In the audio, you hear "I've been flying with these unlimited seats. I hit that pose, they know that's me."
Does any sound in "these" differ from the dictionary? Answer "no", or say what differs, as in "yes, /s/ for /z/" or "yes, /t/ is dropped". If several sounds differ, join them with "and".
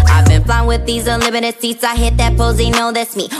no